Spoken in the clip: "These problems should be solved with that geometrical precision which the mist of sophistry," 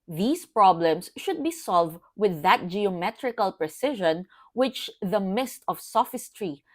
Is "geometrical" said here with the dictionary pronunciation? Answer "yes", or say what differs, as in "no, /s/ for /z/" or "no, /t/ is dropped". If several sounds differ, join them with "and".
yes